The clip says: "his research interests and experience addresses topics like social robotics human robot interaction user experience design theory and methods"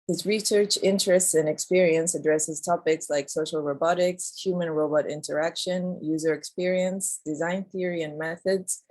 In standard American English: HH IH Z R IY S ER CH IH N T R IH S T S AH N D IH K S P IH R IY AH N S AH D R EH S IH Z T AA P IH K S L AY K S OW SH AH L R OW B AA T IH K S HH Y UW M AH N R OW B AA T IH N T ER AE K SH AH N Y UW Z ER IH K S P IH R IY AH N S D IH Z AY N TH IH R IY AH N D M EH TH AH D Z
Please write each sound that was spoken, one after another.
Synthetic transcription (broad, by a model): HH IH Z R IY S ER CH IH N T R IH S T S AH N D IH K S P IH R IY AH N S AH D R EH S IH Z T AA P IH K S L AY K S OW SH L R OW B AA T IH K S HH Y UW M AH N R OW B AA T IH N T ER AE K SH AH N Y UW Z ER IH K S P IH R IY AH N S D IH Z AY N TH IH R IY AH N M EH TH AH D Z